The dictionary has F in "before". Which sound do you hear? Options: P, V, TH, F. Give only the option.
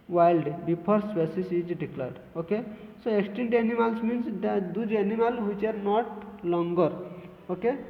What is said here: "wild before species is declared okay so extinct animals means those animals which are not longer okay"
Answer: P